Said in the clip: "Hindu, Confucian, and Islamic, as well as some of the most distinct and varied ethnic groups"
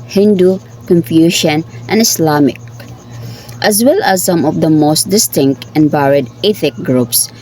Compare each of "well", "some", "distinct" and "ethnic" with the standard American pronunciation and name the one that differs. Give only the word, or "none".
ethnic